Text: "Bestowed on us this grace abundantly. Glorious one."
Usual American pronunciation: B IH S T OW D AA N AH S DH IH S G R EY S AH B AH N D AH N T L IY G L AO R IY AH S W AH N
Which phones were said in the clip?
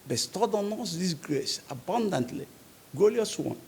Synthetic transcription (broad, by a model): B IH S T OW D AA N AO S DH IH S G R EY S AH B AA N D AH N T L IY G AO L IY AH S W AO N